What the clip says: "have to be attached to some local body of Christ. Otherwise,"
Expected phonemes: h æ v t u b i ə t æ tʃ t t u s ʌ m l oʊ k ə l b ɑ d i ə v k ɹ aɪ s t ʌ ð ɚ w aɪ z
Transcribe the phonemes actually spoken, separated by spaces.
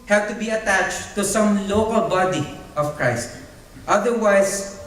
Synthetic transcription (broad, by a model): h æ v t u b i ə t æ tʃ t t u s ʌ m l oʊ k ə l b ɑ d i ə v k ɹ aɪ s t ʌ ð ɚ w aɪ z